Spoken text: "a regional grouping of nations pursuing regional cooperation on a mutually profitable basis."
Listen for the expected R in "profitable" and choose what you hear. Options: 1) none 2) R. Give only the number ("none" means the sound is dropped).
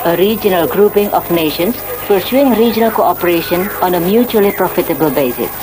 2